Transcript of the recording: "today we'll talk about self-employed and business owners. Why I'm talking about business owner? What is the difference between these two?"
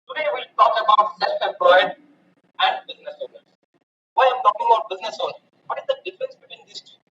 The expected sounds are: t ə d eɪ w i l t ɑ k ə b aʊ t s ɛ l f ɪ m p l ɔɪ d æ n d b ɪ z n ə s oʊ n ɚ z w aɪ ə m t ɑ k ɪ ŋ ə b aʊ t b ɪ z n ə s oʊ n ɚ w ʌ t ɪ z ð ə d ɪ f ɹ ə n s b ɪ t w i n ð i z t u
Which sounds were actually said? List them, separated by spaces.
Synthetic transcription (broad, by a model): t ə d eɪ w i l t ɑ k ə b aʊ t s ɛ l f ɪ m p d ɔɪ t æ n d b ɪ z n ə s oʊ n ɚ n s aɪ ə m t ɑ k ɪ ŋ ə b aʊ t b ɪ z n ə s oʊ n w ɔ t ɪ z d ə d ɪ f ɹ ə n s b ɪ t w i n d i s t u